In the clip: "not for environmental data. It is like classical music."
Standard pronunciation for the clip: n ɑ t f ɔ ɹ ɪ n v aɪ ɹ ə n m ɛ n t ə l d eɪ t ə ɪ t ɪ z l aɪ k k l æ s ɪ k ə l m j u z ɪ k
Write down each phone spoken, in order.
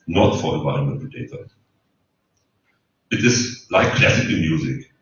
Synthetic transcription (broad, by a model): n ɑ t f ɔ ɹ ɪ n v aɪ ə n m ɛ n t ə d eɪ t ə ɪ t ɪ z l aɪ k k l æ s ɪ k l m j u z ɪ k